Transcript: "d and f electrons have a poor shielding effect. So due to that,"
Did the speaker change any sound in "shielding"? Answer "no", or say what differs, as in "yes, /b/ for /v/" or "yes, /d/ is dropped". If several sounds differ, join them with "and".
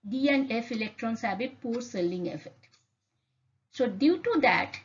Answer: yes, /s/ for /ʃ/